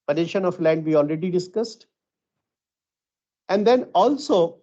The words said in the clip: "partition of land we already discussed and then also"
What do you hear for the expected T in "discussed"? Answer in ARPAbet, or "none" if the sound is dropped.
T